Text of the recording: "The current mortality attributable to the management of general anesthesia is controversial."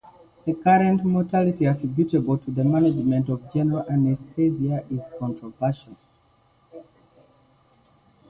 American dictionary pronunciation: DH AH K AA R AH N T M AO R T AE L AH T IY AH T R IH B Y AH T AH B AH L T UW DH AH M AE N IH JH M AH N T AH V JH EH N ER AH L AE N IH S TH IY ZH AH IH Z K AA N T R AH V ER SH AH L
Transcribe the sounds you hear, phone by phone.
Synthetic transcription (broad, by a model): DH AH K AA R AH N T M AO T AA L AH T IY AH T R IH B Y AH T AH B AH L T UW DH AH M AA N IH JH M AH N T AH V JH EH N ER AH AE N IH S T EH Z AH IH Z K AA N T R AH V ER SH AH N